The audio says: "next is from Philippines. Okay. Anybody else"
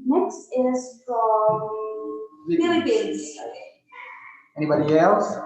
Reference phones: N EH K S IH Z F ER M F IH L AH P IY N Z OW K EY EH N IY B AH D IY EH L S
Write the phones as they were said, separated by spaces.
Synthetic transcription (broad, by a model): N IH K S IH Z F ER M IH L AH B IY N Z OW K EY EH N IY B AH D IY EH L S